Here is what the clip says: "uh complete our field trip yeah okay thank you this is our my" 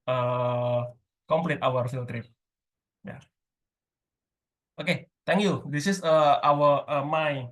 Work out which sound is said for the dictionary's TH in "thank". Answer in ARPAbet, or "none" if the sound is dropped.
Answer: T